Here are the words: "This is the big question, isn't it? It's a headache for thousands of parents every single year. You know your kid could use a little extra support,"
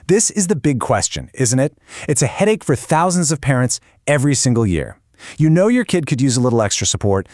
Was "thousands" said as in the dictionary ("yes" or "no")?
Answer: yes